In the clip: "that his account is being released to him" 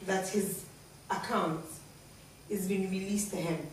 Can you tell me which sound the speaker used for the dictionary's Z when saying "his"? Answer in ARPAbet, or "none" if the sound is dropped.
Z